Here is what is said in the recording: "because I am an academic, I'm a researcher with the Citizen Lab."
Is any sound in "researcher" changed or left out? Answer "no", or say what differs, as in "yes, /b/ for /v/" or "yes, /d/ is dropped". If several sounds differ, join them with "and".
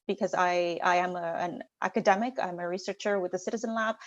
no